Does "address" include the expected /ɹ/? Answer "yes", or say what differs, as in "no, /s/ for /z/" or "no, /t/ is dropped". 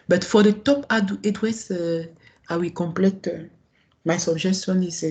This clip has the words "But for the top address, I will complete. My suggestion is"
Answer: no, /w/ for /ɹ/